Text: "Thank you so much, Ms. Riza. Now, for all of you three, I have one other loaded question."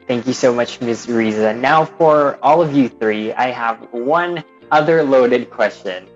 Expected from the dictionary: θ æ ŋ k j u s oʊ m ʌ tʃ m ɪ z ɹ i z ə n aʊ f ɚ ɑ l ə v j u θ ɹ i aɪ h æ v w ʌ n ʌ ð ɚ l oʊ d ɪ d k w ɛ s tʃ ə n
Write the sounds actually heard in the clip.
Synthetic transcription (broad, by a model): θ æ ŋ k j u s oʊ m ʌ tʃ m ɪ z ɹ i z ə n aʊ f ɚ ɑ l ə v j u θ ɹ i aɪ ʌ v w ʌ n ʌ ð ɚ l oʊ d ɪ d k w ɛ s tʃ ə n